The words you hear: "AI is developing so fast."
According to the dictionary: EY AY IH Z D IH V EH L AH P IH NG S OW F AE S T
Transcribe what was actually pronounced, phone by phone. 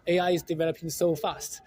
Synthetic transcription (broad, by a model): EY AY IH Z D IH V EH L AH P IH NG S OW F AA S T